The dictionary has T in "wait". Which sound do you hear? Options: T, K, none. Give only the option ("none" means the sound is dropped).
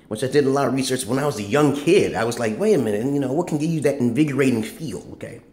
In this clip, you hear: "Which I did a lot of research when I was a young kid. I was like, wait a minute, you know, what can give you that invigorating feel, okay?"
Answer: none